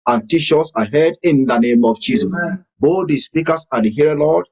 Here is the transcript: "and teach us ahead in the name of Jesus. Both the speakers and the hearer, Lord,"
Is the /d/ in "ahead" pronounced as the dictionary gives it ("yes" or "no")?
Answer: yes